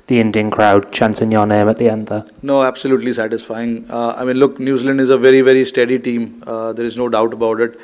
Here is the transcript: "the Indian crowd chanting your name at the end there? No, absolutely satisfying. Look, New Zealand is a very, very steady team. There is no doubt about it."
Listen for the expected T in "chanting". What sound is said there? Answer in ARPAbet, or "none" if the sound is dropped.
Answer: S